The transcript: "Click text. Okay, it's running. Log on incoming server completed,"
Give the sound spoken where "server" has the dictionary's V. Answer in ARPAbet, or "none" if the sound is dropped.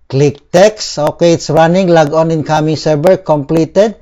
B